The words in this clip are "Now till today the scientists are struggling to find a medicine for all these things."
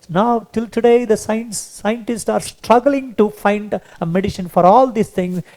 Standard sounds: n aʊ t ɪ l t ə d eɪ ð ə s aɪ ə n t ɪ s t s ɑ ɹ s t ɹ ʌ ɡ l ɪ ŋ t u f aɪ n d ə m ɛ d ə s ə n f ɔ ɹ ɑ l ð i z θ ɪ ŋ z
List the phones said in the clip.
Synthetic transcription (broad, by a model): n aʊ t ɪ l t ə d eɪ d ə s aɪ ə n t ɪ s t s ɑ ɹ s t ɹ ʌ ɡ l ɪ ŋ t u f aɪ n d ə m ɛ d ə ʃ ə n f ɔ ɹ ɑ l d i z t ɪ ŋ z